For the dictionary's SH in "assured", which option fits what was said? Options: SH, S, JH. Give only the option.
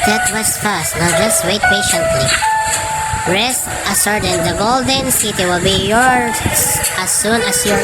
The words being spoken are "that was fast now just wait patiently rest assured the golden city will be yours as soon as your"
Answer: S